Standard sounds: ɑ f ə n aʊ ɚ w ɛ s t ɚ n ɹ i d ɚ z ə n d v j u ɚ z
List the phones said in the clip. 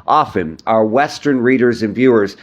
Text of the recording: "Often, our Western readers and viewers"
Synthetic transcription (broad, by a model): ɑ f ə n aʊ ɚ w ɛ s t ɚ n ɹ i d ɚ z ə n v j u ɚ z